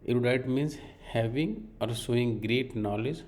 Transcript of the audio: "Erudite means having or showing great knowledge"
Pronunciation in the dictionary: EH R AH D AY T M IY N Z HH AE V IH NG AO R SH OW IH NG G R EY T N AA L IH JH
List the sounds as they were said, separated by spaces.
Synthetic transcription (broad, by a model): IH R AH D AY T M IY N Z HH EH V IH NG AO R S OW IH NG G R EY T N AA L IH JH